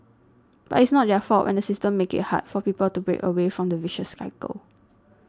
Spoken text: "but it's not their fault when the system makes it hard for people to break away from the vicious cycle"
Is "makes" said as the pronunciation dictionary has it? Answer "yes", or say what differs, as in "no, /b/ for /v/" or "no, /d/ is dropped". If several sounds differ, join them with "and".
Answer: no, /s/ is dropped